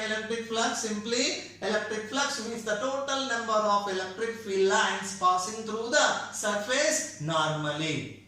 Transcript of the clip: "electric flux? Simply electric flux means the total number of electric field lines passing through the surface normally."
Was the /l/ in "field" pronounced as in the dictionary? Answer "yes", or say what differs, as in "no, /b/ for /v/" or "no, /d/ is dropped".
no, /l/ is dropped